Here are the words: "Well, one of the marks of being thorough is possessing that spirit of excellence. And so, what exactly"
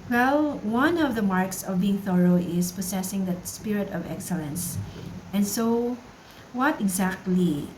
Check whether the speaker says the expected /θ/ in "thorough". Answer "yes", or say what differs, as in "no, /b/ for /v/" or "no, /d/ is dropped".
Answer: yes